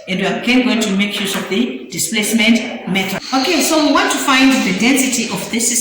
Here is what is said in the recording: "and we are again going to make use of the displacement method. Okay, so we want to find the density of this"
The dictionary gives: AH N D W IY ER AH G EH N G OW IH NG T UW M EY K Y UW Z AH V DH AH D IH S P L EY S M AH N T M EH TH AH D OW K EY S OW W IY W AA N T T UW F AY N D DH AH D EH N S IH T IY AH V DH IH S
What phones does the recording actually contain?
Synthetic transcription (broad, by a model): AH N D W IY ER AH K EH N G OW IH NG T UW M EY K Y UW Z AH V DH AH D IH S P L EY S M AH N T M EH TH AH OW K EY S OW W IY W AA N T T UW F AY N D DH AH D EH N S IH T IY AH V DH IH S